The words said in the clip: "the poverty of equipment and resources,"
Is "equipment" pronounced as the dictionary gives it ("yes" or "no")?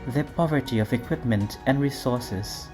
yes